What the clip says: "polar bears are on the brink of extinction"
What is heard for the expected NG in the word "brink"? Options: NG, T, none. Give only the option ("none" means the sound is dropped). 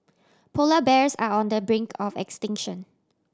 NG